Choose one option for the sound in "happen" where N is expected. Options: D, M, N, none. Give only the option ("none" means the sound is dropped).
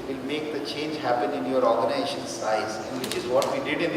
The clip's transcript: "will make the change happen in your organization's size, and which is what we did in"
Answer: N